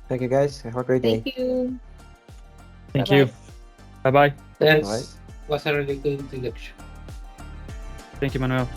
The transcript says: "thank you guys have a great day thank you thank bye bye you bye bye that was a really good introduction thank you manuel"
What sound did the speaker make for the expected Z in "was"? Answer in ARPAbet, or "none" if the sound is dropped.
S